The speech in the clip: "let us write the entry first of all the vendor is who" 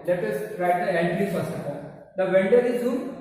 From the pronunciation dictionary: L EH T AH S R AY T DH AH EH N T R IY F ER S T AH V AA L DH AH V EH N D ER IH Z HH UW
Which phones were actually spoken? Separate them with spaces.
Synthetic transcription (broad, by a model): L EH T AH S R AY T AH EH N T IY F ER S T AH F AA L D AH V EH N D ER IH Z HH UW